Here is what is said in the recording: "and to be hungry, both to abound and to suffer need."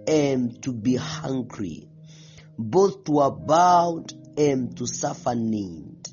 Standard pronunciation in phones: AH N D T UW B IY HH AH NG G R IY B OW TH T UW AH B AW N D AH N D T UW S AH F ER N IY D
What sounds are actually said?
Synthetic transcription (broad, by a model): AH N T UW B IY HH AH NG G R IY B OW TH T UW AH B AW D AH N T UW S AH F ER N IY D